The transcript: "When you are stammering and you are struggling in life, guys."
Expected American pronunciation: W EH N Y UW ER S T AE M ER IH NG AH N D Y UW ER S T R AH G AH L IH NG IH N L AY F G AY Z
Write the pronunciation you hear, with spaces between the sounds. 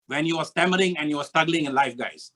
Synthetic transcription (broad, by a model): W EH N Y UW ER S T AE M ER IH NG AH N Y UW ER S T R AH G AH L IH NG IH N L AY F G AY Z